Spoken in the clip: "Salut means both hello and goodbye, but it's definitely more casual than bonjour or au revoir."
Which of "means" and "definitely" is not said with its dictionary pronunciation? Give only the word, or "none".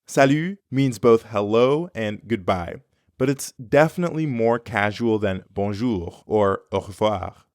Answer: none